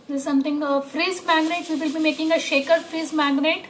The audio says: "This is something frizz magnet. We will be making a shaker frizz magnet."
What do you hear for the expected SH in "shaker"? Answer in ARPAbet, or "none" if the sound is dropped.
SH